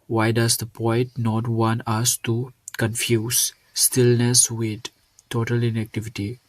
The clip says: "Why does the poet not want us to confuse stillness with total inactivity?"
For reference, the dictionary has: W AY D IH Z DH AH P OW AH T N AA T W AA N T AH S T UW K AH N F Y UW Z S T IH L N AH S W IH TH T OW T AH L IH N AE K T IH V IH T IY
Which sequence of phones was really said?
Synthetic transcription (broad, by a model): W AY D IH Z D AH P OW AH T N AA T W AA N T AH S T UW K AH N F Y UW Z S T IH L N AH S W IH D T OW T AH L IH N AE K T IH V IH T IY